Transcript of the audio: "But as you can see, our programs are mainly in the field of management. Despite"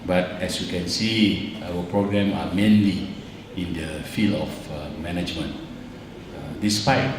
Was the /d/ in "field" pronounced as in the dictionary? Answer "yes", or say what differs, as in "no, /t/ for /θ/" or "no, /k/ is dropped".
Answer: no, /d/ is dropped